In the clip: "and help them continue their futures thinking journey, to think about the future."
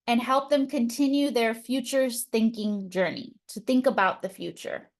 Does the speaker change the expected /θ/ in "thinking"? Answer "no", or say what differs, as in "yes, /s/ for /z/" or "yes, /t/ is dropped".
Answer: no